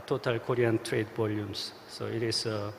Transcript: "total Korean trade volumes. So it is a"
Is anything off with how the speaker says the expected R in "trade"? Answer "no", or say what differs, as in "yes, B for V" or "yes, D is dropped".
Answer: no